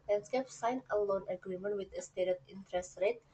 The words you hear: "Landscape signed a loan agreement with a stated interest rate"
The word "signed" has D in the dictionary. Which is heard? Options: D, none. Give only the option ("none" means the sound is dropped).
none